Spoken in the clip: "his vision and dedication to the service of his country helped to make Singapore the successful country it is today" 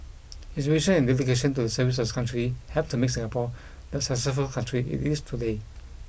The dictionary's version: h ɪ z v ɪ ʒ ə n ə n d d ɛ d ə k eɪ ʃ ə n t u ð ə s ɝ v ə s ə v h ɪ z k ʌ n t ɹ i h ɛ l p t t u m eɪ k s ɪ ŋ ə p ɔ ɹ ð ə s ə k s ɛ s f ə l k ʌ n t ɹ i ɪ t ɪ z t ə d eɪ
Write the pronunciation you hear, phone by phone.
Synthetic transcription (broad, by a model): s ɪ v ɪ ʃ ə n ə n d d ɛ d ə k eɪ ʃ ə n t u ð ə s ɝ v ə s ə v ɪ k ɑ n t ɹ i h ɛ p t t u m eɪ k s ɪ ŋ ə p ɔ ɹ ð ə s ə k s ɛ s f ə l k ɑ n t ɹ i ɪ t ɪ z t ə d eɪ